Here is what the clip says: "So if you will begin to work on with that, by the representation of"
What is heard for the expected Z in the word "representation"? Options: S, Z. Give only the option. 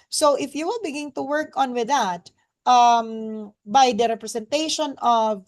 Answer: S